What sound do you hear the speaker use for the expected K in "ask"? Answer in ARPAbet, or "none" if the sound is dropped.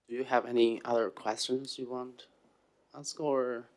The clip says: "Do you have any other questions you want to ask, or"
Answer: K